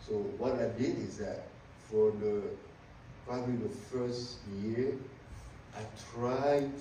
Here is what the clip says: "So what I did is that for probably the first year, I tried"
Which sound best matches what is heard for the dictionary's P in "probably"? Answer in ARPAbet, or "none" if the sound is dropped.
P